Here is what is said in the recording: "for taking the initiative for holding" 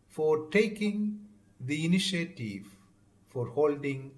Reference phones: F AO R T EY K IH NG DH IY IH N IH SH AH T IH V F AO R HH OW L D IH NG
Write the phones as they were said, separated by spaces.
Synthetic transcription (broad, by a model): F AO R T EY K IH NG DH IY IH N IH SH AH T IH V F AO R HH OW L D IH NG